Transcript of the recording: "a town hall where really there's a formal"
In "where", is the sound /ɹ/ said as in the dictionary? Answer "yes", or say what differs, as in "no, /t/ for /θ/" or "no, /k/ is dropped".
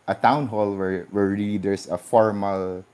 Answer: no, /w/ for /ɹ/